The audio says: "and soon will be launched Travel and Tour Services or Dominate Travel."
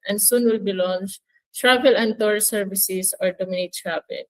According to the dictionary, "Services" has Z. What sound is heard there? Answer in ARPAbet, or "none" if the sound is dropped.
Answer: S